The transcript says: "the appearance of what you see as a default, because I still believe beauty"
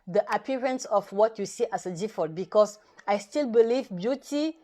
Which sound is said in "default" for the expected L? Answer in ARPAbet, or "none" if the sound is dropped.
none